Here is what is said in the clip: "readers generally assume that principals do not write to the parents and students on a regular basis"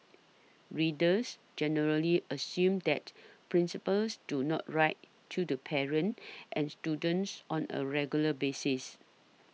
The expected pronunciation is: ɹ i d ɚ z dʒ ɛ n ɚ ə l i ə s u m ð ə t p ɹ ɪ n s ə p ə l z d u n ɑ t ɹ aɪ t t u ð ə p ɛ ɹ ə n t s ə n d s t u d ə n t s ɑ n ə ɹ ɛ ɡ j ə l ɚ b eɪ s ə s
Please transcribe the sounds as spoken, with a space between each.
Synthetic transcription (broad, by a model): ɹ i d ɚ s dʒ ɛ n ɚ ə l i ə s u m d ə t p ɹ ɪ n s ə p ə l s d u n ɑ t ɹ aɪ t t u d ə p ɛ ɹ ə n t ə n s t u d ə n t s ɑ n ə ɹ ɛ ɡ j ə l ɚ b eɪ s ə s